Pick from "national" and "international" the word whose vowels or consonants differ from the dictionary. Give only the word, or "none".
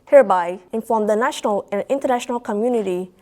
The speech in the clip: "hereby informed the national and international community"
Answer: none